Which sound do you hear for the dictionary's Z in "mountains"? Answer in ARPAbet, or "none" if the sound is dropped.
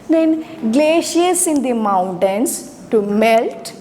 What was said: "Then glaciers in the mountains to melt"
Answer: S